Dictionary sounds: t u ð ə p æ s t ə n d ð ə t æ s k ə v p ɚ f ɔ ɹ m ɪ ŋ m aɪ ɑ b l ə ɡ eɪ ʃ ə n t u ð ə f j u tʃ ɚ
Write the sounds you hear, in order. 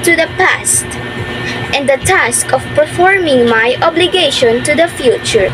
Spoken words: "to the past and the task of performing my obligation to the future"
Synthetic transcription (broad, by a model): t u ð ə p æ s t ə n d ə t æ s k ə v p ɚ f ɔ ɹ m ɪ ŋ m aɪ ɑ b l ə ɡ eɪ ʃ ə n t u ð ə f j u tʃ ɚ